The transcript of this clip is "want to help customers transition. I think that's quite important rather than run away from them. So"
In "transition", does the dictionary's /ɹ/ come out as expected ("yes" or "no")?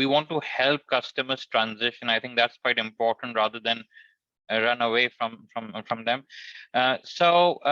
yes